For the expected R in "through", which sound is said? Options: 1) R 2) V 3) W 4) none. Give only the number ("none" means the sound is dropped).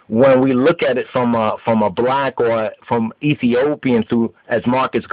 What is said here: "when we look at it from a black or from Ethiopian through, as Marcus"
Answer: 4